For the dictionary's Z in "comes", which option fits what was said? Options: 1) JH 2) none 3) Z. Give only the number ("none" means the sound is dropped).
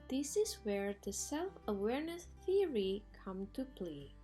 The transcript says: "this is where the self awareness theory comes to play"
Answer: 2